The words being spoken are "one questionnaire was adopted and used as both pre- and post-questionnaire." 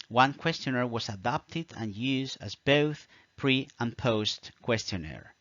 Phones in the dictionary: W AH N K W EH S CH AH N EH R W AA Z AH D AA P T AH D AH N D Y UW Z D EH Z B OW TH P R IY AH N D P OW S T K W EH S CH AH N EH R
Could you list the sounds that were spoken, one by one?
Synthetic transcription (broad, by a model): W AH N K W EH S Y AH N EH R W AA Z AH D AA P T AH D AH N Y UW Z D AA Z B OW TH P R IY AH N P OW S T K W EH S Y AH N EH R